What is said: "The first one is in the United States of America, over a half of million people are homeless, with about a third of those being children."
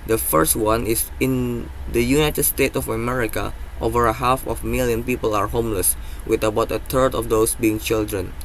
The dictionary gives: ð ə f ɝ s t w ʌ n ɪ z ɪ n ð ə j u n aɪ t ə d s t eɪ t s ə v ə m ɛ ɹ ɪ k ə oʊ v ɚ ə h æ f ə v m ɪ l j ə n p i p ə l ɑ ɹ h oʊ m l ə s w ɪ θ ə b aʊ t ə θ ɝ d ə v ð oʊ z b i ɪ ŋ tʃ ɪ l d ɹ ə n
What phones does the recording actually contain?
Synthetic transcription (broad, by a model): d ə f ɝ s t w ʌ n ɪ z ɪ n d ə j u n aɪ t ə d s t eɪ t ə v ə m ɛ ɹ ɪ k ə oʊ v ɚ ə h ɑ f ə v m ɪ l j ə n p i p ə l ɑ ɹ h oʊ m l ə s w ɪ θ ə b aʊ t ə t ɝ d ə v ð oʊ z b i ɪ ŋ tʃ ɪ l d ɹ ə n